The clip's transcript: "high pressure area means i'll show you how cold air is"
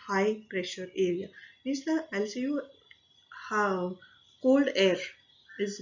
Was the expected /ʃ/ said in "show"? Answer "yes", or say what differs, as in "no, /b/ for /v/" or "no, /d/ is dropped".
no, /s/ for /ʃ/